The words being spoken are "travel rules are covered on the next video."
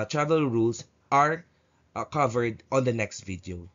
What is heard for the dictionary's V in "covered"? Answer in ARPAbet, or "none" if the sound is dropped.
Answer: V